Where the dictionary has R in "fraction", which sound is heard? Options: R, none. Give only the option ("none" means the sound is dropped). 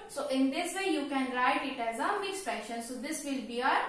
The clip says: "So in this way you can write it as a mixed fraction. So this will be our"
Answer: none